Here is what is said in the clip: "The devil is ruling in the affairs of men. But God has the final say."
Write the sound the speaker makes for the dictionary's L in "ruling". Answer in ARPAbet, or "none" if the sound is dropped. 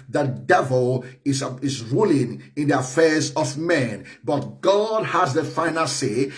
L